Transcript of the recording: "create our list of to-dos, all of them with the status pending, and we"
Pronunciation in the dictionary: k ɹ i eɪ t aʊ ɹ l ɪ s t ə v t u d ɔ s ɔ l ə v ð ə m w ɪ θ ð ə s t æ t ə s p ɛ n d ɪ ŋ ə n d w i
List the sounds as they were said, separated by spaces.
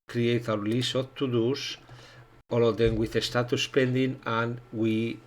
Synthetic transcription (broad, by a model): k ɹ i eɪ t aʊ ɹ l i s ə t u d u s ɔ l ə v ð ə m w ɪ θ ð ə s t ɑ t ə s p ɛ n d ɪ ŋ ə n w i